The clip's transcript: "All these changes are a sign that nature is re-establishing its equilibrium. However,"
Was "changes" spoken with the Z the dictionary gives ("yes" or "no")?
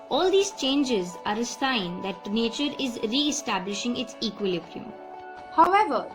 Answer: yes